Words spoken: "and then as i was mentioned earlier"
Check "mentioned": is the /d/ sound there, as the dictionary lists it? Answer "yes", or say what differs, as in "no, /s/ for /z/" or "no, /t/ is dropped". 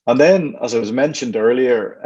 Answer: yes